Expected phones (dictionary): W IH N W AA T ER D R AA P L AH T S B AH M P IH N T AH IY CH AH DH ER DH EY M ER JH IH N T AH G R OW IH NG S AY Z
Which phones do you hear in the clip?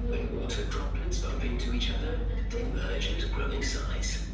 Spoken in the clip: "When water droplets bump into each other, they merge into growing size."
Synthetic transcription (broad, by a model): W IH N W AA T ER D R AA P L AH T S B AH M P IH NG T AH IY CH AH DH ER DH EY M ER IH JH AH G R OW IH NG S AY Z